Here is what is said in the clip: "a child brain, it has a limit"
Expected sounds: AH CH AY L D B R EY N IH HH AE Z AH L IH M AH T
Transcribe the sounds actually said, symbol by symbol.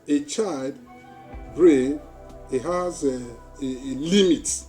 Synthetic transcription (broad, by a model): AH CH AY L D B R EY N IH HH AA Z AH L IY M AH T